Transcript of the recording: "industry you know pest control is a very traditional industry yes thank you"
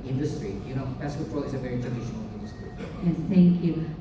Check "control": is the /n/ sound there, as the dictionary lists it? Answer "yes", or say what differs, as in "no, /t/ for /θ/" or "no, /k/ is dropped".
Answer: no, /n/ is dropped